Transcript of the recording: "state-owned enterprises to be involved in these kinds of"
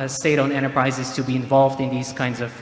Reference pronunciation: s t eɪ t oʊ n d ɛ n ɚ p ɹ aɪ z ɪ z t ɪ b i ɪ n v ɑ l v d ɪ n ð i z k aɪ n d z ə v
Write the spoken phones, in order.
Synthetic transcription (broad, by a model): s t eɪ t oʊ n ɛ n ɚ p ɹ aɪ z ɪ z t ɪ b i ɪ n v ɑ l v d ɪ n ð i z k aɪ n d z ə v